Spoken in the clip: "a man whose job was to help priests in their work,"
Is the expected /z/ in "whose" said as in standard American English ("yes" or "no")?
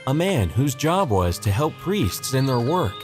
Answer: yes